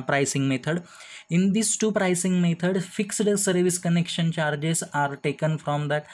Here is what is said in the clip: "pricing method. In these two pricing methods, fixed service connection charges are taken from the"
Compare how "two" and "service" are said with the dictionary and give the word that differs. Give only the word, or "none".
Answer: none